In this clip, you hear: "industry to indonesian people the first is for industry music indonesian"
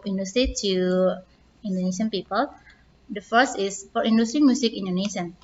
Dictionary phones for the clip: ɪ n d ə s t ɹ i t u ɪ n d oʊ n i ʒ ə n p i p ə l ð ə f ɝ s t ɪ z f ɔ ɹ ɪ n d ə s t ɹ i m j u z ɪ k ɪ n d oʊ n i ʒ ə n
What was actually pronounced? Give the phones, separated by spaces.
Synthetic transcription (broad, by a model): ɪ n d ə s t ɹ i t u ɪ n d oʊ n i ʃ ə n p i p ə l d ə f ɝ s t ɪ s f ɔ ɹ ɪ n d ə s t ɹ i m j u s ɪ k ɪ n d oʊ n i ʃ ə n